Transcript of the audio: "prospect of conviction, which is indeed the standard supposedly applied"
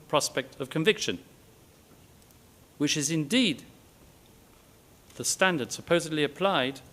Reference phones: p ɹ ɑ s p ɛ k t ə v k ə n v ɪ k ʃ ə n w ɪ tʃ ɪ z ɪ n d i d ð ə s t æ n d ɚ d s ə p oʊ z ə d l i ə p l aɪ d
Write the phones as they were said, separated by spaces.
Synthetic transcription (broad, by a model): p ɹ ɑ s p ɛ k t ə v k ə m v ɪ k ʃ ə n w ɪ tʃ ɪ z ɪ n d i d ð ə s t æ n d ɚ d s ə p oʊ z ə d l i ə p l aɪ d